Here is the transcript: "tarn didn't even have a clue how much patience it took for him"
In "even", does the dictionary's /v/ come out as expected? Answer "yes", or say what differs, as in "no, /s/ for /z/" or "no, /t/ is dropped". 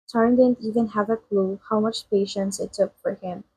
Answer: yes